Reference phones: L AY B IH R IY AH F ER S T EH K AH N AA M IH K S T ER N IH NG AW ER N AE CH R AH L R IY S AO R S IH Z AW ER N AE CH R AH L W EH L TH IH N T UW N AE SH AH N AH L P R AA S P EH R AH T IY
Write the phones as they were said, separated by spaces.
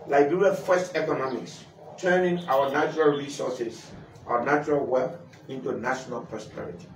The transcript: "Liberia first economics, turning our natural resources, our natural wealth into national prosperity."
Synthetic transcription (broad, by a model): L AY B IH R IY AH F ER S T EH K AH N AA M IH K S T ER N IH NG AW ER N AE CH R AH L R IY S AO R S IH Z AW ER N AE CH R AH L W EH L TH IH N T UW N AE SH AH N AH L P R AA S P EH R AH T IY